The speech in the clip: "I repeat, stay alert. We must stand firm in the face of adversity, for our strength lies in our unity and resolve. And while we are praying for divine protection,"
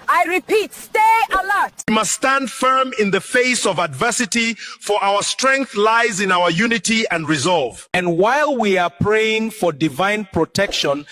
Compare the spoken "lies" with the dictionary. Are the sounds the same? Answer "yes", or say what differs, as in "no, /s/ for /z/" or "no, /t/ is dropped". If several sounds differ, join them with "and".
yes